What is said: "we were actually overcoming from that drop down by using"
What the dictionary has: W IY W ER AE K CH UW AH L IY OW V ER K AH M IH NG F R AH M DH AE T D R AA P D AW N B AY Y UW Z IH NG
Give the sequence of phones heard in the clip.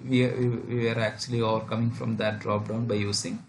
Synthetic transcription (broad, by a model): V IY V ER AE K CH UW AH L IY OW V ER K AH M IH NG F R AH M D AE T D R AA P D AW N B AY Y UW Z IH NG